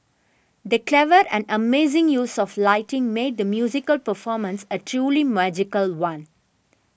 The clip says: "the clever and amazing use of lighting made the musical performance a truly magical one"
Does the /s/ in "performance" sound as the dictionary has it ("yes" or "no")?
yes